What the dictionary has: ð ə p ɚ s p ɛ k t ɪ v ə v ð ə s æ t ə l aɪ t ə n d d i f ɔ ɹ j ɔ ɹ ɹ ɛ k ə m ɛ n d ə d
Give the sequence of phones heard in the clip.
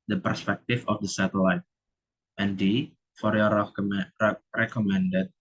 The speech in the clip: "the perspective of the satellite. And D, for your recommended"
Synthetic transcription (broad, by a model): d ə p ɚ s p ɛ k t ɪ f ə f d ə s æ t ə l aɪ t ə n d d i f ɔ ɹ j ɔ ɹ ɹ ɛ k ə m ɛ n d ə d